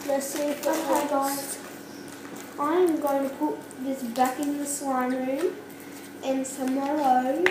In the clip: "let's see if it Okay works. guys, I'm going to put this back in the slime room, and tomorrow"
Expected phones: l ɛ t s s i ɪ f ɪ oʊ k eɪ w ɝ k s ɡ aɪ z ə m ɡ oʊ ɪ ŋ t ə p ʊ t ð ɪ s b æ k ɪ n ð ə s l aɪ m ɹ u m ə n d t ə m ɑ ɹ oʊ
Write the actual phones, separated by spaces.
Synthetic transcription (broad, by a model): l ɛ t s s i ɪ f ɪ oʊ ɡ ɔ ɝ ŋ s aɪ ə m ɡ oʊ ɪ ŋ t ə p ʊ t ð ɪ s b æ k ɪ n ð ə s w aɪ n ɹ u m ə n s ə m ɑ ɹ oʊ